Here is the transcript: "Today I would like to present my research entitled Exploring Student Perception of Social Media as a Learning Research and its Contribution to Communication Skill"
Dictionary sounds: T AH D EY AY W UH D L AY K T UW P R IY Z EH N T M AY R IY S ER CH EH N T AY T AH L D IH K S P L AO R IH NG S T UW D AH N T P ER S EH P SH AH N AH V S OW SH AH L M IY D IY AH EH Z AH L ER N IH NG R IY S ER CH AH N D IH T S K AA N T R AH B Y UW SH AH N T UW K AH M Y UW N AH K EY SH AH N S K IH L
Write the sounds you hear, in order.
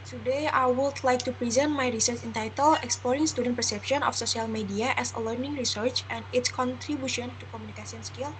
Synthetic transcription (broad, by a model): T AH D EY AY W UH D L AY K T UW P R IY Z EH N T M AY R IY S ER CH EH N T AY T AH L IH K S P L AO R IH NG S T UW D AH N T P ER S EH P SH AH N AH F S OW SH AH L M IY D IY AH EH S AH L ER N IH NG R IY S ER CH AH N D IH T S K AA N T R AH B Y UW SH AH N T UW K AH M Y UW N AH K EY S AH N S K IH L